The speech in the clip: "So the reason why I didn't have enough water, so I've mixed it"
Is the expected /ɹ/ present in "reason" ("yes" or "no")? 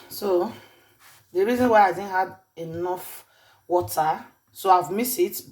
yes